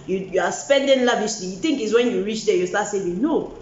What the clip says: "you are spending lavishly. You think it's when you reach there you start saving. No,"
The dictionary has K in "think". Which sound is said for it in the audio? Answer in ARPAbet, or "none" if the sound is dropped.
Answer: K